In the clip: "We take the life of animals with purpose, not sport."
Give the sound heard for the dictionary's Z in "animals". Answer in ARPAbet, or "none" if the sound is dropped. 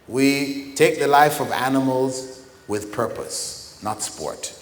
Z